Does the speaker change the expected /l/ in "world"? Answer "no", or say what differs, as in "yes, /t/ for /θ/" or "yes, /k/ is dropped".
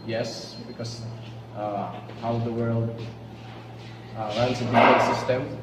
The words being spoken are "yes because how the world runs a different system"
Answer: no